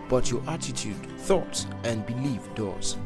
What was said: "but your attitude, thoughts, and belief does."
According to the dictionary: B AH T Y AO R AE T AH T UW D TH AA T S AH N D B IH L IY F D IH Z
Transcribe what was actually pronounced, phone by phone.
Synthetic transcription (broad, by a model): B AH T Y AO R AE T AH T UW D TH AA T S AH N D B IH L IY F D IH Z